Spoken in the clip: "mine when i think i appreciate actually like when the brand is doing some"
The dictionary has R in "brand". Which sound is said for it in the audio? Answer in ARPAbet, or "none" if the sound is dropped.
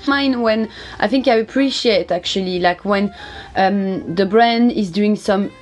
R